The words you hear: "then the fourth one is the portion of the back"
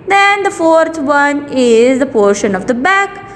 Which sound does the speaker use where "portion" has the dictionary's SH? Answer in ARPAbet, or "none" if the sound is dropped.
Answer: SH